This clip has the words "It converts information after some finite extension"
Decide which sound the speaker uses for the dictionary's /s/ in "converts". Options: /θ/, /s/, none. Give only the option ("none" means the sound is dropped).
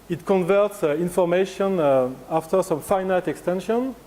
/s/